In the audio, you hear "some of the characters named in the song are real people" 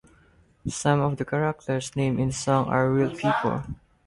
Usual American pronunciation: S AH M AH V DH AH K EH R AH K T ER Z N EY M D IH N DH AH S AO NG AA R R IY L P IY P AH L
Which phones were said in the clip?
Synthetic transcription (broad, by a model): S AH M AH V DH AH K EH R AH K T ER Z N EY M IH N S AO NG AA R R IY L P IY P AH L